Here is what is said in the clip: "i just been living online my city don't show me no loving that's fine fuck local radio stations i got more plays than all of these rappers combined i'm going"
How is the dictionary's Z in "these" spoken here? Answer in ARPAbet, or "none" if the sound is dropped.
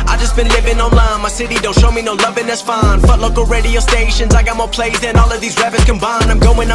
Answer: Z